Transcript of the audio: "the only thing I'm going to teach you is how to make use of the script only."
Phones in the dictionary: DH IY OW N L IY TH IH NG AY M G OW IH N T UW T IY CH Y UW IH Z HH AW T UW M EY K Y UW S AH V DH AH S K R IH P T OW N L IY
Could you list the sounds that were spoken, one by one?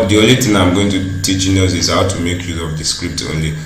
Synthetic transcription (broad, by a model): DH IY OW N L IY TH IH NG AY M G OW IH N T UW T IY CH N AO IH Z HH AW T UW M EY K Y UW AH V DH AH S K R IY P T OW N L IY